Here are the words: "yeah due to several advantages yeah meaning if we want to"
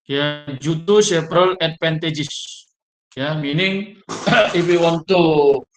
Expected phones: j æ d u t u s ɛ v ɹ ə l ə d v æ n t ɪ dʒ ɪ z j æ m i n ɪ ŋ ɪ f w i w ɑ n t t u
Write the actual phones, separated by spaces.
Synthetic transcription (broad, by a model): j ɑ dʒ u t u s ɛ p ɹ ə l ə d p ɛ n t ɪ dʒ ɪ s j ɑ m i n ɪ ŋ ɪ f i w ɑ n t t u